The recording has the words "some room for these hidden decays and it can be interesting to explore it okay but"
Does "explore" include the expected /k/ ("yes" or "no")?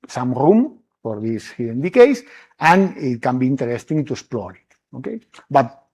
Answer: no